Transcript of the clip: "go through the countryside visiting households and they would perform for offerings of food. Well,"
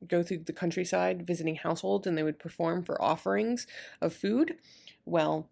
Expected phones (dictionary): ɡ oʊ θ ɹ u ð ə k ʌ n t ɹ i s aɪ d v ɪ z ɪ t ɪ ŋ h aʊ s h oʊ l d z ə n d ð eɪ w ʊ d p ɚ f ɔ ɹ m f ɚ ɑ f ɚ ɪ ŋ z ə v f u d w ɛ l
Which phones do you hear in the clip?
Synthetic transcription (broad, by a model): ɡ oʊ θ ɹ u ð ə k ʌ n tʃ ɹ i s aɪ d v ɪ z ɪ t ɪ ŋ h aʊ s h oʊ l d z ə n ð eɪ w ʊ d p ɚ f ɔ ɹ m f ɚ ɑ f ɚ ɪ ŋ z ə v f u d w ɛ l